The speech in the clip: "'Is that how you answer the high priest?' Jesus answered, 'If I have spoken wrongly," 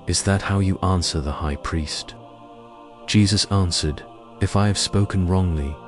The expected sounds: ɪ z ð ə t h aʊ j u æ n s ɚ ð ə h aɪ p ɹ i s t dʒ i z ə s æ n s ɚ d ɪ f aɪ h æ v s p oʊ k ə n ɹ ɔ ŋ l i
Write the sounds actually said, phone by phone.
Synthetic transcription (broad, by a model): ɪ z ð ə t h aʊ j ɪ æ n s ɚ ð ə h aɪ p ɹ i s t dʒ i z ə s æ n s ɚ d ɪ f aɪ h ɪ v s p oʊ k ə n ɹ ɔ ŋ l i